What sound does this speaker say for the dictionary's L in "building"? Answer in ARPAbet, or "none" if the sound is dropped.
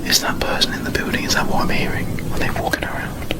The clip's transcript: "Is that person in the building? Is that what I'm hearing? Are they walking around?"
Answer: none